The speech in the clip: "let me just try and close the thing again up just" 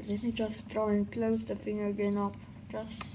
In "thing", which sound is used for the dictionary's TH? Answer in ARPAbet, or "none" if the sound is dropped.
F